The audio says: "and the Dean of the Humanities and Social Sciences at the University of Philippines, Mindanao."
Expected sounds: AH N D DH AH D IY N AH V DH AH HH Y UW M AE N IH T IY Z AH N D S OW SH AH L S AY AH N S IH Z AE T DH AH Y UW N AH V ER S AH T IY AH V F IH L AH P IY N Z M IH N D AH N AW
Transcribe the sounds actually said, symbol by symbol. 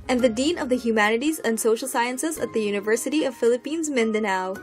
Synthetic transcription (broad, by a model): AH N DH AH D IY N AH V DH AH HH Y UW M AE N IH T IY Z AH N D S OW SH L S AY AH N S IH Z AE T DH AH Y UW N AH V ER S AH T IY AH V F IH L AH P IY N Z M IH N D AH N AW